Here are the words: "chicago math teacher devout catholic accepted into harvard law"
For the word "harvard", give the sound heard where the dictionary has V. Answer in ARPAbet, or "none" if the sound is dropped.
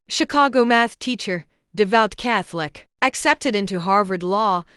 V